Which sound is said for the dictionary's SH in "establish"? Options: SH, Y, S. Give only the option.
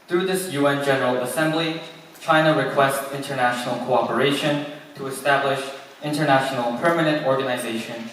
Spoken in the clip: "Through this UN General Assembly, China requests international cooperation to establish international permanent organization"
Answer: SH